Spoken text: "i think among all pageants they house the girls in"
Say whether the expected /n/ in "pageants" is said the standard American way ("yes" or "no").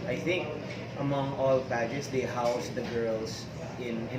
no